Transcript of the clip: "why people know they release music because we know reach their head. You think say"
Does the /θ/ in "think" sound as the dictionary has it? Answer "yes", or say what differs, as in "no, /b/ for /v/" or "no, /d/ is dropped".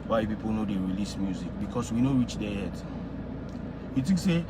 no, /t/ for /θ/